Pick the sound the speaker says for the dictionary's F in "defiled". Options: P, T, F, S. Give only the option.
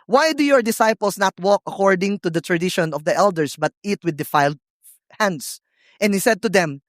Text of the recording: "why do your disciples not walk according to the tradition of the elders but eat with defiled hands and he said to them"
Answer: F